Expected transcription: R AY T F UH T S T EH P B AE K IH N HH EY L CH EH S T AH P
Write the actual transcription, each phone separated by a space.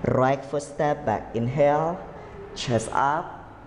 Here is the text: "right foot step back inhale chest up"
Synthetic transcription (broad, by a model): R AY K F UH S T EH P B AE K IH N HH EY L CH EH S AH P